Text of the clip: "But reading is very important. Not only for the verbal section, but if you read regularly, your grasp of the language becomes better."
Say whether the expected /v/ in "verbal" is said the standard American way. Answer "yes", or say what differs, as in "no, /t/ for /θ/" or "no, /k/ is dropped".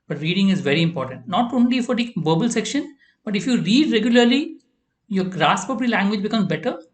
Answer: no, /b/ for /v/